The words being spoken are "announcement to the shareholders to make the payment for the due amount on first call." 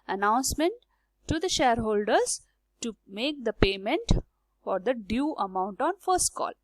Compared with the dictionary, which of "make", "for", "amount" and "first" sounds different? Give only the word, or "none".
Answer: none